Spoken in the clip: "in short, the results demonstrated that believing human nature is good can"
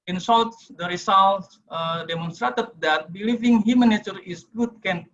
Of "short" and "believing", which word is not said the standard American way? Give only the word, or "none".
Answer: short